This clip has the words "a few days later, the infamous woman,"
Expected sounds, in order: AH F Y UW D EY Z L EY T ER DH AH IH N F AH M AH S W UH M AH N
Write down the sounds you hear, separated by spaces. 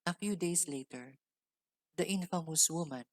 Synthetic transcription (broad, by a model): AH F Y UW D EY S L EY T ER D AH IH N F AH M AH S W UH M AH N